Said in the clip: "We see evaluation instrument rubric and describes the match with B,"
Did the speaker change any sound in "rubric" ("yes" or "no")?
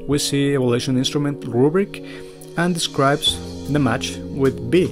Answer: no